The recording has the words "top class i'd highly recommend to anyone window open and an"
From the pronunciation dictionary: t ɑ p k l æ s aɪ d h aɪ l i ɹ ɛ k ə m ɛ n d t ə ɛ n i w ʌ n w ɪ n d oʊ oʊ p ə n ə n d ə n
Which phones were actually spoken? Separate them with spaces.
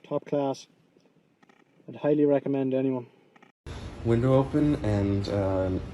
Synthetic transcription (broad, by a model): t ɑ p k l æ s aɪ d h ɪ l i ɹ ɛ k ə m ɛ n d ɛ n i w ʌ n w ɪ n d oʊ oʊ ə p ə n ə n